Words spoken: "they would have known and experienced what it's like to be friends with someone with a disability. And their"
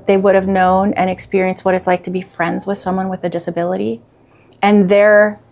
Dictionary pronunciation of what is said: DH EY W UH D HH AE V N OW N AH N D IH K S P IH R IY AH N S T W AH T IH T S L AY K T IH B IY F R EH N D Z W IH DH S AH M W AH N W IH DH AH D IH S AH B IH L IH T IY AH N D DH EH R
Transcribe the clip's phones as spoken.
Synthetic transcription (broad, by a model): DH EY W UH D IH V N OW N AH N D IH K S P IH R IY AH N S T W AH T IH T S L AY K T IH B IY F R EH N D Z W IH DH S AH M W AH N W IH DH AH D IH S AH B IH L IH T IY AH N DH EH R